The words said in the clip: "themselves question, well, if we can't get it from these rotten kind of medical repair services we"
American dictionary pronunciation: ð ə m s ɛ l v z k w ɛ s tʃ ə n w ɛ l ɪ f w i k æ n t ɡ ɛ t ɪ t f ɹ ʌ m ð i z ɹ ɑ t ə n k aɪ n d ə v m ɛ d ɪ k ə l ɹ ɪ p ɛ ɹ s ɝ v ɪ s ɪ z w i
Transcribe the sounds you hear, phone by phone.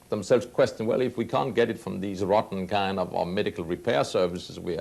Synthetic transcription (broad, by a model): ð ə m s ɛ l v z k w ɛ s tʃ ə n w ɛ l ɪ f w i k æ n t ɡ ɛ t ɪ t f ɹ ʌ m ð i z ɹ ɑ t n k aɪ n d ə v m ɛ d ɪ k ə l ɹ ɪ p ɛ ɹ s ɝ v ɪ s ɪ z w i